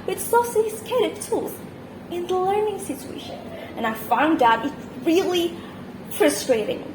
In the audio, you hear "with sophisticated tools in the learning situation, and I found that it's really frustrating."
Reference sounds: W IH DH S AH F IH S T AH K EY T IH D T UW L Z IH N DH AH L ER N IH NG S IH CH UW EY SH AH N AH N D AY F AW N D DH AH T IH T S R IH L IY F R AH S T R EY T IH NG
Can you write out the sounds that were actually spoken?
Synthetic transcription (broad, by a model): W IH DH S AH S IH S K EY T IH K T UW L Z IH N DH AH L ER N IH NG S IH CH UW EY SH AH N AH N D AY F AW N D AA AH T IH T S R IH L IY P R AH S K R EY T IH NG